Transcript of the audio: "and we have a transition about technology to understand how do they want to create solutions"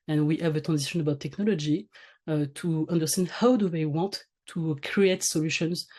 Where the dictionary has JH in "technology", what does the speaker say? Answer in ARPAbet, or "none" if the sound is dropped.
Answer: JH